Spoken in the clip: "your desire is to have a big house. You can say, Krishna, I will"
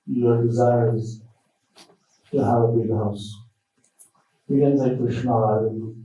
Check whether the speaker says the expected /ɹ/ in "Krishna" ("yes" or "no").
no